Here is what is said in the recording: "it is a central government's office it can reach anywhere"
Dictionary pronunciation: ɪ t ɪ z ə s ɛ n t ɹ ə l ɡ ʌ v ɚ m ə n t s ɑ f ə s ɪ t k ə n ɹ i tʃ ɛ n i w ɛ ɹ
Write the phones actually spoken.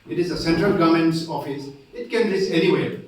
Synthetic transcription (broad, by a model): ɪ t ɪ z ə s ɛ n t ɹ ə l ɡ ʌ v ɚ m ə n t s ɑ f ə s ɪ t k ə n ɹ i s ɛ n i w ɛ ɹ